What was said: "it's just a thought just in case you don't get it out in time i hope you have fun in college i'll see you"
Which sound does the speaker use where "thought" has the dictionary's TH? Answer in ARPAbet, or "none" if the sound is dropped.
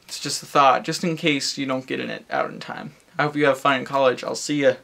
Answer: TH